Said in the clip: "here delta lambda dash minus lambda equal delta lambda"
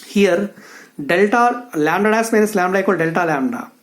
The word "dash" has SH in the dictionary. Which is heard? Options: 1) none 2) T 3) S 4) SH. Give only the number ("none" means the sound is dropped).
3